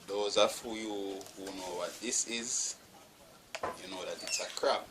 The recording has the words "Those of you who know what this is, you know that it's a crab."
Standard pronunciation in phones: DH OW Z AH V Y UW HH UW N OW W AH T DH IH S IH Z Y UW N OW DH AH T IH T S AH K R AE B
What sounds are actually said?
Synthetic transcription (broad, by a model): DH OW Z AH F Y UW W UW N OW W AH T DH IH S IH Z Y UW N OW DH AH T IH T S AH K R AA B